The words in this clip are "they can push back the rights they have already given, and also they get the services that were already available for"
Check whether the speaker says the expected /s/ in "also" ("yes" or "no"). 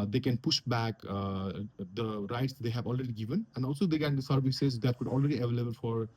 yes